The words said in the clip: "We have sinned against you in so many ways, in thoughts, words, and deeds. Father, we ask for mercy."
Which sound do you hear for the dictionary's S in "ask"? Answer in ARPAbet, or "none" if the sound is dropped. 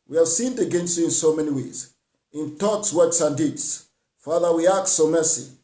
none